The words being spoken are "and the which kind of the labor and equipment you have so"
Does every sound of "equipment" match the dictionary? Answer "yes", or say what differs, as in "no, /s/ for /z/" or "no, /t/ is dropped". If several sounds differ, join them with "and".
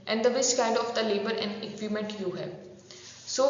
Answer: no, /p/ is dropped